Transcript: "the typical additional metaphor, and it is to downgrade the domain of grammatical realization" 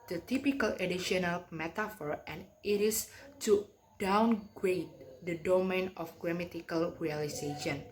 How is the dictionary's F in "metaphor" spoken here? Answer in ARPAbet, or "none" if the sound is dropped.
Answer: F